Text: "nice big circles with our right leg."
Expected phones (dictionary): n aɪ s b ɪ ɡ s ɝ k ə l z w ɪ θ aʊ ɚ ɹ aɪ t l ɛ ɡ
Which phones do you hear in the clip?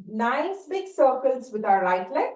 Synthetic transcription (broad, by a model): n aɪ s b ɪ ɡ s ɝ k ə l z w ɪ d aʊ ɚ l aɪ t l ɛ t